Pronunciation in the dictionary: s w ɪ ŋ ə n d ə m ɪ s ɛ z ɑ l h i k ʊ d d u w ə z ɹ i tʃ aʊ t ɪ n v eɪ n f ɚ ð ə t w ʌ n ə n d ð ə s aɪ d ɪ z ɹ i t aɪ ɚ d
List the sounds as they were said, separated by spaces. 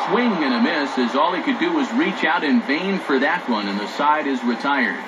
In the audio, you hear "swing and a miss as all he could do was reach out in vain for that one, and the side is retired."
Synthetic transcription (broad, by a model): s w ɪ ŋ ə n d ə m ɪ s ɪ z ɑ l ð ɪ k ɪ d d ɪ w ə z ɹ i tʃ aʊ t ɪ n v eɪ n f ɚ ð ə t w ʌ n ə n ð ə s aɪ d ɪ z ɹ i t aɪ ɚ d